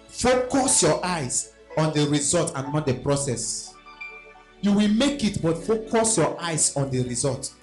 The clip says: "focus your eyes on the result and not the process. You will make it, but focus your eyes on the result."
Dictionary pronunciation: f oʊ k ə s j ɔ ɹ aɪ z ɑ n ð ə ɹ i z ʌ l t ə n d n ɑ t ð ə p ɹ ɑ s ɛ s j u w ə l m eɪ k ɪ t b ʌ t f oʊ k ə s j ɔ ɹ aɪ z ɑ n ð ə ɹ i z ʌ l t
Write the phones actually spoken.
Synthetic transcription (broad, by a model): f oʊ k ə s j ɔ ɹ aɪ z ɑ n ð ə ɹ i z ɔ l t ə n n ɑ t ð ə p ɹ ɑ s ɛ s j u w ə l m eɪ k ɪ t b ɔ t f oʊ k ə s j ɔ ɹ aɪ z ɑ n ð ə ɹ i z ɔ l t